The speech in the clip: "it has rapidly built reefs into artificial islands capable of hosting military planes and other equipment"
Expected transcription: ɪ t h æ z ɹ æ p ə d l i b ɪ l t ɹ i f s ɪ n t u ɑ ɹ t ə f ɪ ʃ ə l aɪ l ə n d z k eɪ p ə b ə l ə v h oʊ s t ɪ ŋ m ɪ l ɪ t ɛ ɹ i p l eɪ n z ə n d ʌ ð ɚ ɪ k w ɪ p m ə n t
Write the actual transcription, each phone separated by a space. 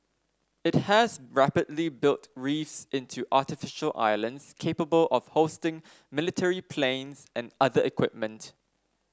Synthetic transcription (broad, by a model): ɪ t h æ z ɹ æ p ə d l i b ɪ l t ɹ i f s ɪ n t u ɑ t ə f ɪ ʃ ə l aɪ l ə n d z k eɪ p ə b ə l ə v h oʊ s t ɪ ŋ m ɪ l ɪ t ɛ ɹ i p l eɪ n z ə n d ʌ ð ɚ ɪ k w ɪ p m ə n t